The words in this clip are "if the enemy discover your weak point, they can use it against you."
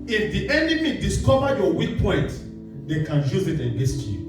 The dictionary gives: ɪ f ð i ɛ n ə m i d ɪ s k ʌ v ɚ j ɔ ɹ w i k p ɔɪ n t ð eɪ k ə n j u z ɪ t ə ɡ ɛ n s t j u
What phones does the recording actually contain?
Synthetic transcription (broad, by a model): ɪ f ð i ɛ n ə m i d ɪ s k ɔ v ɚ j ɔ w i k p ɔɪ n t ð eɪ k ə n j u z ɪ t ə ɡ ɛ s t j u